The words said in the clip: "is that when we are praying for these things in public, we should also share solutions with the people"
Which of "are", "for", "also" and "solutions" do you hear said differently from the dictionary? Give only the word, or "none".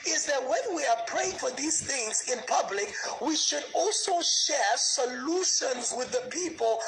none